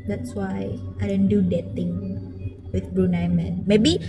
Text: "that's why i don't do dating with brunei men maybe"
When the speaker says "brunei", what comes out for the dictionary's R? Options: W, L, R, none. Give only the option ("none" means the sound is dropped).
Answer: R